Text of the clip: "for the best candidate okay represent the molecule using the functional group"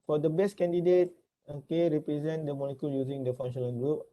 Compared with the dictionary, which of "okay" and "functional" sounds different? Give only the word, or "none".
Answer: functional